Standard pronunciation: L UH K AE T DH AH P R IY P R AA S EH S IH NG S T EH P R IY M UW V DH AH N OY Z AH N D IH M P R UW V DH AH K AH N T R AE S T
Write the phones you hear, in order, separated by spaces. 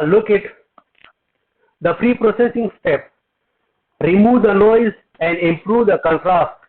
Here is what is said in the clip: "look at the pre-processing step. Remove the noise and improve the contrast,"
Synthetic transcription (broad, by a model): L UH K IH T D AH F R IY P R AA S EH S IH NG S T EH P R IY M UW V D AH N OY Z AH N D IH M P R UW V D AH K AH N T R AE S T